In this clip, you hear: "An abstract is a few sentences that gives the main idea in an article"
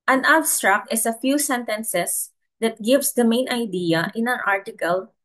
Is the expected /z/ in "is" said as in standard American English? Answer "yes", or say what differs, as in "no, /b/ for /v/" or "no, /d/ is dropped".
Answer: no, /s/ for /z/